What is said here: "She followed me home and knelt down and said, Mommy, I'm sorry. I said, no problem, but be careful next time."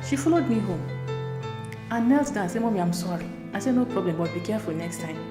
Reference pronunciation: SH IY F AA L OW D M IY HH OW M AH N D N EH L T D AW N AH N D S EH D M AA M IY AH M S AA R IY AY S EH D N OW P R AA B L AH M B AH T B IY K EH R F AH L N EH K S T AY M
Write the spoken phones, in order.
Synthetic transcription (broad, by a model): SH IY F AA L OW D M IY HH OW M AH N N EH L T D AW AH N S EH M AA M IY AH M S AA R IY AY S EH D N OW P R AA B L AH M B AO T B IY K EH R F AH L N EH K S T AY M